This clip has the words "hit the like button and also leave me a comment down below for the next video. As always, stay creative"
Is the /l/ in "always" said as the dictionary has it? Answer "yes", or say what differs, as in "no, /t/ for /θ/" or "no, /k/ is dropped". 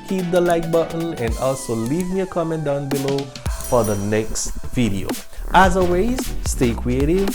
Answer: no, /l/ is dropped